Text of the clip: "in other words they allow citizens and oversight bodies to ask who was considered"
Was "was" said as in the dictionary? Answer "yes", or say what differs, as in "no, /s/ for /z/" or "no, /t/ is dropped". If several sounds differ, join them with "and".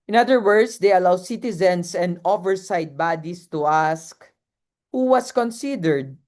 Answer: no, /s/ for /z/